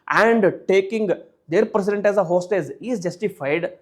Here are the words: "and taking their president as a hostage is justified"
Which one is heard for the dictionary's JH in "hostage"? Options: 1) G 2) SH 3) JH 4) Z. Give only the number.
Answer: 4